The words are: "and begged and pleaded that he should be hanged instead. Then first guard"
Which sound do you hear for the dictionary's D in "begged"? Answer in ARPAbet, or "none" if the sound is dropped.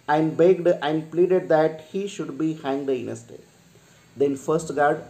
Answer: D